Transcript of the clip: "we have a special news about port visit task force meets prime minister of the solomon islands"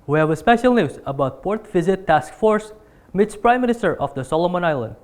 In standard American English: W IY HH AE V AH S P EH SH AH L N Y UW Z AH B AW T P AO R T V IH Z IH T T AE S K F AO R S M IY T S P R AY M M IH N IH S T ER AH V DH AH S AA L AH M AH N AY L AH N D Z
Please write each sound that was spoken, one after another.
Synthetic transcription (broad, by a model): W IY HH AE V AH S P EH SH AH L N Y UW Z AH B AW T P AO R T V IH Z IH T T AE S K F AO R S M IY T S P R AY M M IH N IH S T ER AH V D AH S AA L AH M AH N AY L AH N D